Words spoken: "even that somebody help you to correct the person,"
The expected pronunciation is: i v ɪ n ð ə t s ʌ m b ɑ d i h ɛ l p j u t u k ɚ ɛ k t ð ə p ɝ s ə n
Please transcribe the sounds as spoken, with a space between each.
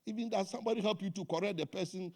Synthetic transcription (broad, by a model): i v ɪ n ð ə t s ʌ m b ɑ d i h ɛ l p j u t u k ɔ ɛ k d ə p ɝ s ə n